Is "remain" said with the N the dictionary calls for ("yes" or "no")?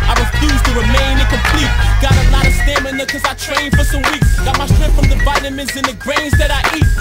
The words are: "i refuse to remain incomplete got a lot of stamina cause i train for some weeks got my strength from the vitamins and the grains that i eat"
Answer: no